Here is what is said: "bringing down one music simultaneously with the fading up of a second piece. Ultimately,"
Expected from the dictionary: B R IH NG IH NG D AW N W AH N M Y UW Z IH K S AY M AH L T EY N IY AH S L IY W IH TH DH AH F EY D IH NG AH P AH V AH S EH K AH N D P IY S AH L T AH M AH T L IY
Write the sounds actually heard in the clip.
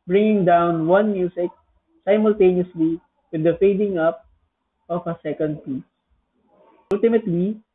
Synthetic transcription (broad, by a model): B R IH NG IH NG D AW N W AH N M Y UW S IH K S AY M AH L T EY N IY AH S L IY W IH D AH F EY D IH NG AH P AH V AH S EH K AH N D P IY S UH L T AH M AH T L IY